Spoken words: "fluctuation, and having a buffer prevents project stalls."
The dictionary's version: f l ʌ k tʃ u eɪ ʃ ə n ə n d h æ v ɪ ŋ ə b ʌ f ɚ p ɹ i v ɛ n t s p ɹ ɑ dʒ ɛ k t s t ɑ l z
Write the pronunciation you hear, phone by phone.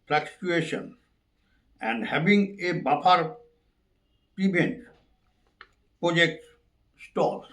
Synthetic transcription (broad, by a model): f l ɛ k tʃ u eɪ ʃ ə n ə n d h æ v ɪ ŋ ə b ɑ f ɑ p ɹ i b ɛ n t p ɹ ɑ dʒ ɛ k t s t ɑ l